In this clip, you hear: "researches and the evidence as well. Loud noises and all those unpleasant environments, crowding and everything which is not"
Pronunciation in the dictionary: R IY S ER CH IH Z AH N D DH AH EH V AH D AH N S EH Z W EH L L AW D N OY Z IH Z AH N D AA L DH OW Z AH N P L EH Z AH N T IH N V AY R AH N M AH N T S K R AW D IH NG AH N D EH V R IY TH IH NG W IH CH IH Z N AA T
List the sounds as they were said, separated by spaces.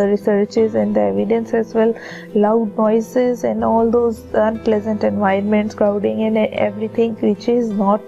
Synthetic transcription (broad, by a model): R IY S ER CH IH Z AH N D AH EH V AH D AH N S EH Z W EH L L AW D N OY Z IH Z AH N D AA L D OW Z AH N P L EH Z AH N T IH N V AY AH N M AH N T S K R AW D IH NG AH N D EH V R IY T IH NG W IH CH IH Z N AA T